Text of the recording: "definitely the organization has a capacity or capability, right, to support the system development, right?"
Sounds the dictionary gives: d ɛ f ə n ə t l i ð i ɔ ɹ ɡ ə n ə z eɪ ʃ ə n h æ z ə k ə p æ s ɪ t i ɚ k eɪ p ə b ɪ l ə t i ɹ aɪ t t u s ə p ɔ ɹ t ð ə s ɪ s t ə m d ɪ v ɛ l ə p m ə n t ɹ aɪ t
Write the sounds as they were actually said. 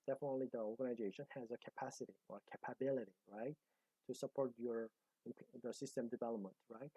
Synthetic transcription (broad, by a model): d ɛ f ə n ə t l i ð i ɔ ɹ ɡ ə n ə z eɪ ʃ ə n h æ z ə k ə p æ s ɪ t i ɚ k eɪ p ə b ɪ l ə t i ɹ aɪ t t u s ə p ɔ ɹ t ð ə s ɪ s t ə m d ɪ v ɛ l ə p m ə n t ɹ aɪ t